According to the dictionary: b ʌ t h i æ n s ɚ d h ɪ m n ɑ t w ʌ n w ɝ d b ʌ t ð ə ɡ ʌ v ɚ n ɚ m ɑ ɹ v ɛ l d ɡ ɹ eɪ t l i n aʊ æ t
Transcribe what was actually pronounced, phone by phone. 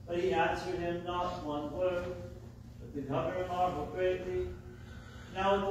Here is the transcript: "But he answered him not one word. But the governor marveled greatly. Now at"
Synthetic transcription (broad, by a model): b ʌ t h i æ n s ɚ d h ɪ m n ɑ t w ʌ n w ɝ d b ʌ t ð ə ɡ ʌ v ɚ ɚ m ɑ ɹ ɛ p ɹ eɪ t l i n aʊ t